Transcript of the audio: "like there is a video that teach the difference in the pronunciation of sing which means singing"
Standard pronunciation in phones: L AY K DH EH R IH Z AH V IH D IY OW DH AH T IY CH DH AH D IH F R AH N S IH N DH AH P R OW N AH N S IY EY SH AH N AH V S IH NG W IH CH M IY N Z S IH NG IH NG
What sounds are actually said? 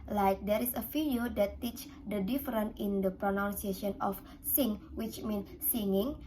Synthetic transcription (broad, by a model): L AY K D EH R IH S AH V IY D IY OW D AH T IY CH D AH D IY F R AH N IH N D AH P R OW N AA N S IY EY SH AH N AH F S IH NG W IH CH M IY N S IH NG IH NG